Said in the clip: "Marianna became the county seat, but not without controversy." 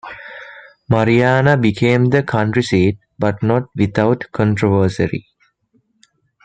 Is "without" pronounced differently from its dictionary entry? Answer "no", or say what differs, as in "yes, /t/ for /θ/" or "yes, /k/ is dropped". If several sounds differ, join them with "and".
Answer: yes, /t/ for /θ/